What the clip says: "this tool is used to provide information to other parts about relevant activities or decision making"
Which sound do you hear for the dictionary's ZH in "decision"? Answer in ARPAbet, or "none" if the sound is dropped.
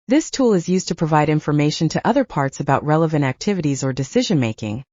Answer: ZH